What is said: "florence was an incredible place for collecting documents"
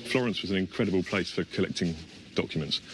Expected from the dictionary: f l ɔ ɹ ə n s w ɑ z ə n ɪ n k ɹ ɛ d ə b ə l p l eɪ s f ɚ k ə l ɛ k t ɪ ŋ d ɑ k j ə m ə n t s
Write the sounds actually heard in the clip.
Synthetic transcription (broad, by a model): f l ɔ ɹ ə n s w ɑ z ə n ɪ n k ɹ ɛ d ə b ə l p l eɪ s f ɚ k ə l ɛ k t ɪ ŋ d ɑ k j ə m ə n t s